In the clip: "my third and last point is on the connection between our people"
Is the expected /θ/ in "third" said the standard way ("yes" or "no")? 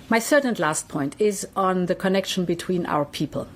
no